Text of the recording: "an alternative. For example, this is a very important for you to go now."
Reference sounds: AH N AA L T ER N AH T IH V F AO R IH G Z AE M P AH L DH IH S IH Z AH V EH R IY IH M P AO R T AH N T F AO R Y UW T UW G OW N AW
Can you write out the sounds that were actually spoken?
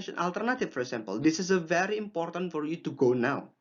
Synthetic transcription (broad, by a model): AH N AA L T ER N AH T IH F F AO R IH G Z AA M P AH L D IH S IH S AH V EH R IY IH M P AO R T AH N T F AO R Y UW T UW G OW N AW